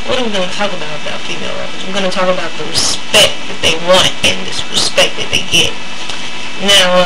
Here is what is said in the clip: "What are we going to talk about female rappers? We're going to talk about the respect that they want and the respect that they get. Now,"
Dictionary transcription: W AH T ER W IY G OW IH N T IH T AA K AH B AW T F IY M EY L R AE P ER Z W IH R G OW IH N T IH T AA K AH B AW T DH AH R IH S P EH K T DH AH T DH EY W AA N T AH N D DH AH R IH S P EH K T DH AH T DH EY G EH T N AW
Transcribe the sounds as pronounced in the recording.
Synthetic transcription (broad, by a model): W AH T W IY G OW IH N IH T AA K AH B AW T F IY M EY L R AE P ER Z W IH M G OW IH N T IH T AA K AH B AW T DH AH R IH S P EH K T DH AH T DH EY W AA N T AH N DH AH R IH S P EH K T DH AH T DH EY G EH T N AW